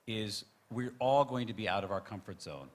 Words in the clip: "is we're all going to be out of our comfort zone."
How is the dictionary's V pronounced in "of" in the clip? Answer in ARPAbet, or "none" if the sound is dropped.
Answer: V